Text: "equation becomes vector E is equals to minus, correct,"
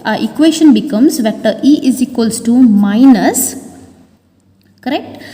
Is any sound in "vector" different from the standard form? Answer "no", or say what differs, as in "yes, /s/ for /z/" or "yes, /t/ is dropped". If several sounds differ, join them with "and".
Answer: yes, /k/ is dropped